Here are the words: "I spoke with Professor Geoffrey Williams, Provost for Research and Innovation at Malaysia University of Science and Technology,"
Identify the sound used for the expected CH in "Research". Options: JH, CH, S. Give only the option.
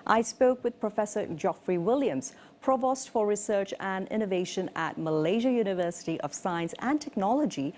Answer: CH